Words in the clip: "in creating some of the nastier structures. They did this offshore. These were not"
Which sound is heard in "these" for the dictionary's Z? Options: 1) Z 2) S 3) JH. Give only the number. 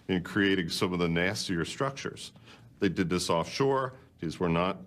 1